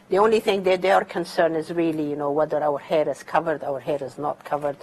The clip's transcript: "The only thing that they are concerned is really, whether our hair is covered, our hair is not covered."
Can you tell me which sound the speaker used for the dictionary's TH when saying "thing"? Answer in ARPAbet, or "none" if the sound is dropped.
TH